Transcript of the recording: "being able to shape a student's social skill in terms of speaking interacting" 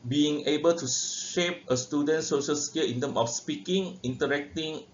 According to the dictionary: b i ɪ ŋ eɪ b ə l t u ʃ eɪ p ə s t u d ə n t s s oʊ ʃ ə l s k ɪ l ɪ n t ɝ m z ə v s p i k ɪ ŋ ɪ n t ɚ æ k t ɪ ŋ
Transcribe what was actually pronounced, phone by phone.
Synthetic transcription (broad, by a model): b i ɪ ŋ eɪ b ə l t u ʃ eɪ p ə s t u d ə n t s s oʊ ʃ ə l s k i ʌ ɪ n t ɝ m ə f s p i k ɪ ŋ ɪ n t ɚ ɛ k t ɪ ŋ